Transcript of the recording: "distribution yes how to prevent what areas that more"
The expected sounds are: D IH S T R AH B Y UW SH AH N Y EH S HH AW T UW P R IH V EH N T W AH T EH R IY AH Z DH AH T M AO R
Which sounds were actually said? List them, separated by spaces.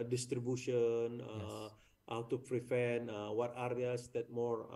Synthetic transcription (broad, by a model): D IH S T R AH B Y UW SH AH N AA HH AW T UW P R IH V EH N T W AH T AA R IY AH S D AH T M AO R